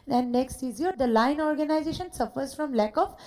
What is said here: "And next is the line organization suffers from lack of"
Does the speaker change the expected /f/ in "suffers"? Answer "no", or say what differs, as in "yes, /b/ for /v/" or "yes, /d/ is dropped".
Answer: no